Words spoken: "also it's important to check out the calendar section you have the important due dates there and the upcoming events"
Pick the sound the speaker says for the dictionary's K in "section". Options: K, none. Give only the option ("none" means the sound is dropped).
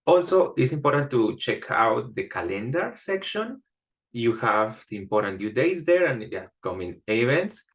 K